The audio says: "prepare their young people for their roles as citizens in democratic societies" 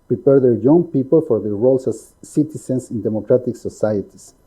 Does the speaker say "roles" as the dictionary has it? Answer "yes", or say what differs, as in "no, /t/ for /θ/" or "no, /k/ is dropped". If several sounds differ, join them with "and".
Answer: no, /s/ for /z/